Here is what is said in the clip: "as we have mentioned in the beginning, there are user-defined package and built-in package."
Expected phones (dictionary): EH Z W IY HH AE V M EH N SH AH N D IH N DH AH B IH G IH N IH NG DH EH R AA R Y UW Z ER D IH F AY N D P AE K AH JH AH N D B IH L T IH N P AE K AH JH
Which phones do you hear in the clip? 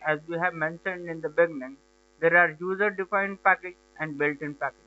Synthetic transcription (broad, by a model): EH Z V IY HH AE V M EH N SH AH N D IH N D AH B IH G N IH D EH R AA R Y UW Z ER D IH F AY N D P AE K AH JH AH N D B IH L T IH N P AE K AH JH